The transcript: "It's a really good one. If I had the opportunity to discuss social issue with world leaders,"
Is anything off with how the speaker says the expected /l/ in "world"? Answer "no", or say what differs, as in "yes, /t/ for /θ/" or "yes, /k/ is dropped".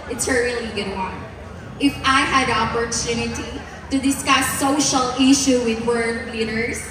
yes, /l/ is dropped